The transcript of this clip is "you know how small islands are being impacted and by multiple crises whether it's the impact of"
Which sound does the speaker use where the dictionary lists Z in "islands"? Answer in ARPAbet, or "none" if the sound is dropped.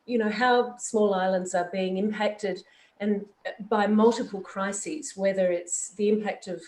Z